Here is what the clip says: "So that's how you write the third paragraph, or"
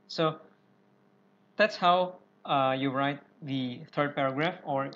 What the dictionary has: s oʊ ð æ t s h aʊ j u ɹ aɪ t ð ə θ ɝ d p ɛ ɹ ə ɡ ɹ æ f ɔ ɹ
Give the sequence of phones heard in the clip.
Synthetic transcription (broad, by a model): s oʊ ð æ t s h aʊ j u ɹ aɪ t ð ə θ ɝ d p ɛ ɹ ə ɡ ɹ æ f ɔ ɹ